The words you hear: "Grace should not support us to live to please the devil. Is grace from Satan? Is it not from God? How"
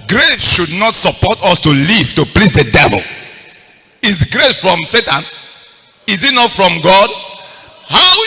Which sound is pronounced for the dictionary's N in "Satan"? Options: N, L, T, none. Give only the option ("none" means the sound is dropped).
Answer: N